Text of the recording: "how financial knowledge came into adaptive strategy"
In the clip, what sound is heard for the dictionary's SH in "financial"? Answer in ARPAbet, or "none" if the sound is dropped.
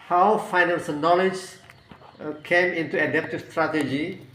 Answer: S